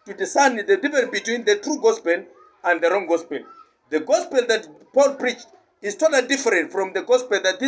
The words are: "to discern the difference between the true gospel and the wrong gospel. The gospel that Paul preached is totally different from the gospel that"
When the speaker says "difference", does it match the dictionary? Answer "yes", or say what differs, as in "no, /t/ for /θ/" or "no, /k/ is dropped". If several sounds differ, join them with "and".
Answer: no, /s/ is dropped